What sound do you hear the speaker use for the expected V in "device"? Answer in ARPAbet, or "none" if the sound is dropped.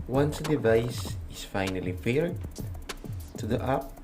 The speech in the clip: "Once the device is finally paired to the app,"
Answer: V